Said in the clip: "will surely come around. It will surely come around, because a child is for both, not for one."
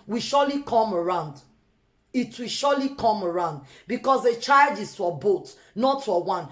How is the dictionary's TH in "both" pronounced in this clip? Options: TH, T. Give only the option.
T